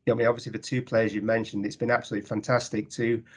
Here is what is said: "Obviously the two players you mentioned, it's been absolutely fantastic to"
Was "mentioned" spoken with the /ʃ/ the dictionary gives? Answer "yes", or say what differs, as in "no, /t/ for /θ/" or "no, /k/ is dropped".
yes